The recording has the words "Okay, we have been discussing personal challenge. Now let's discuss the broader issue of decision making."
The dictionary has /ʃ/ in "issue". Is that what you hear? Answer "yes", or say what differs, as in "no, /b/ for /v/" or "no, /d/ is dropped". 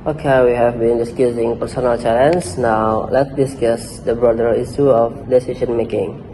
no, /s/ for /ʃ/